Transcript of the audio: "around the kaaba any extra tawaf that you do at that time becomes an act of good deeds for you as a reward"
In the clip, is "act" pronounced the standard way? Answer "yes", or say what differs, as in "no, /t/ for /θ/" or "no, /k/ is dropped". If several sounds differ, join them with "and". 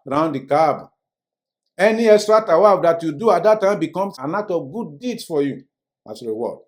no, /k/ is dropped